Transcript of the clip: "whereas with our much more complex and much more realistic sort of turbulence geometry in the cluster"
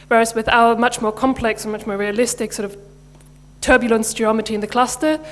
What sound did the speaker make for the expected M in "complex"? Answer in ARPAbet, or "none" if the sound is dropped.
M